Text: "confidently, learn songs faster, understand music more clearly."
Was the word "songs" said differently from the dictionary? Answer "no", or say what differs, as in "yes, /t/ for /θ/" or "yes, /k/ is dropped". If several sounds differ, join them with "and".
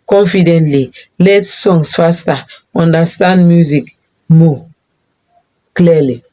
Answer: yes, /s/ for /z/